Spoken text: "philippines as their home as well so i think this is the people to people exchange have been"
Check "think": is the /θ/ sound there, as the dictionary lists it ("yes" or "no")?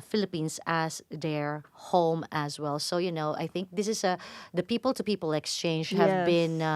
yes